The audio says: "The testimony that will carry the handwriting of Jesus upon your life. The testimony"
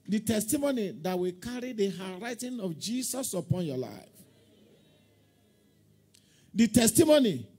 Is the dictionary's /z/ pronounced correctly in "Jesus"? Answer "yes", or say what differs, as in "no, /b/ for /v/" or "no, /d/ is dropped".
no, /s/ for /z/